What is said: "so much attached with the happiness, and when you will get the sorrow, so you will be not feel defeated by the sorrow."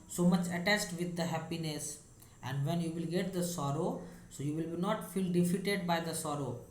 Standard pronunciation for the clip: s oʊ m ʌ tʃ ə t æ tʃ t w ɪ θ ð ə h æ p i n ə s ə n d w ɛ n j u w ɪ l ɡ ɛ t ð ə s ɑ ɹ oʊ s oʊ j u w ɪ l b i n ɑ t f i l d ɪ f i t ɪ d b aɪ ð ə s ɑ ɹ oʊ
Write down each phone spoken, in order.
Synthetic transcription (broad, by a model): s oʊ m ʌ tʃ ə t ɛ s t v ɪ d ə h æ p i n ə s ə n d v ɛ n j u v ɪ l ɡ ɛ t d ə s ɑ ɹ oʊ s oʊ j u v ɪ l b i n ɑ t f i l d ɪ f i t ɪ d b aɪ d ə s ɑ ɹ oʊ